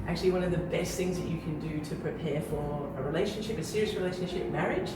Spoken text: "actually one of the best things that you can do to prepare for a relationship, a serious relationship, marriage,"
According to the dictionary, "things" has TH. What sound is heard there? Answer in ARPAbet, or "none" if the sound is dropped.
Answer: TH